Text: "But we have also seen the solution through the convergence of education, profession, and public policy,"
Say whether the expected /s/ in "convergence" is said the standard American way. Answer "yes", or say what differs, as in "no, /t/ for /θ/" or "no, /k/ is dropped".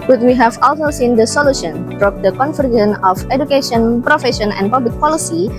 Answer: no, /s/ is dropped